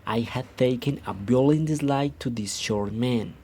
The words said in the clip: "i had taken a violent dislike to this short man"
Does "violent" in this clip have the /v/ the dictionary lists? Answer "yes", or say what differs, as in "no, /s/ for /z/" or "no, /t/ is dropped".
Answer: no, /b/ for /v/